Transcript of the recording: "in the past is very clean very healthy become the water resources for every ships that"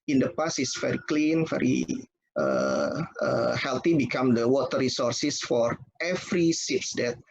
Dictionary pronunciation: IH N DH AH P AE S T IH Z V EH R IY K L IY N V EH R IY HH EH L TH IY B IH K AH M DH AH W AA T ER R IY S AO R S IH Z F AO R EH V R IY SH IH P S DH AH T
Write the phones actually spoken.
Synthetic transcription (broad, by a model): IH N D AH P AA S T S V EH R IY K L IY N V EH R IY HH EH L T IY B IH K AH M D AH W AA T ER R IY S AO R S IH S F AO R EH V R IY S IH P S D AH T